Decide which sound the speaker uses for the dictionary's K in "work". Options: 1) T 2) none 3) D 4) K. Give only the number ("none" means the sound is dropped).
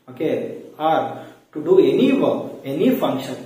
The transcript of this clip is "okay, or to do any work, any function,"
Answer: 2